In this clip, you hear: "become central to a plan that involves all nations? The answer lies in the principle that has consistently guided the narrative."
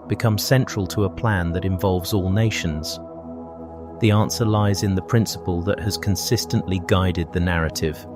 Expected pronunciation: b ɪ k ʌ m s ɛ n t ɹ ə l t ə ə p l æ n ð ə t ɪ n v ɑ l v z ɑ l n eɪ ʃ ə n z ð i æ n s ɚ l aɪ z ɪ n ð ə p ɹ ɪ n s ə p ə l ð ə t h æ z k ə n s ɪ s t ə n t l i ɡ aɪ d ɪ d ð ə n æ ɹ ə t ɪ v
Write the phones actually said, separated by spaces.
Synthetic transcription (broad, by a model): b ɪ k ʌ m s ɛ n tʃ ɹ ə l t ə ə p l æ n ð ə t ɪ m v ɑ l v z ɑ l n eɪ ʃ ə n z ð i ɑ n s ɚ l aɪ z ɪ n ð ə p ɹ ɪ n s ə p ə l ð ə t h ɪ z k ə n s ɪ s t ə n t l i ɡ aɪ d ɪ d ð ə n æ ɹ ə t ɪ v